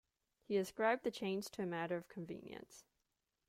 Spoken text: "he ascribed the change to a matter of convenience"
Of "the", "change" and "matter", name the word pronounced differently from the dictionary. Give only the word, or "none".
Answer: change